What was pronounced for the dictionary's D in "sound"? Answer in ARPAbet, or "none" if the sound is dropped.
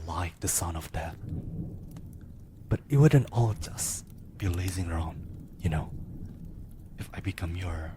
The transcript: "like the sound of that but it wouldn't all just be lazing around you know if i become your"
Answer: none